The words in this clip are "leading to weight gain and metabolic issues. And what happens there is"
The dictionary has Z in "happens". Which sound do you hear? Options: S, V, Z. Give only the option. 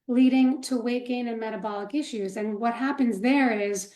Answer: Z